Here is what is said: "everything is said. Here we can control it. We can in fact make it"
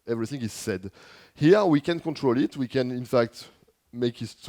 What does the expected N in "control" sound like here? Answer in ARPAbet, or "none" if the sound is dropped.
N